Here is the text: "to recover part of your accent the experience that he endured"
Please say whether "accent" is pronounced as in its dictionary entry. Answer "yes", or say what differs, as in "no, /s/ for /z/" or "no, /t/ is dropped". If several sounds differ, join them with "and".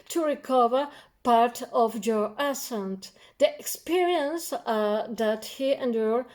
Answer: no, /k/ is dropped